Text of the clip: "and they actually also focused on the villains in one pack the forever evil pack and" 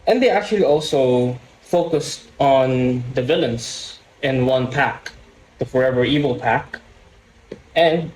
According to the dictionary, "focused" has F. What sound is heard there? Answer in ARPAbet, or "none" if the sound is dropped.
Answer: F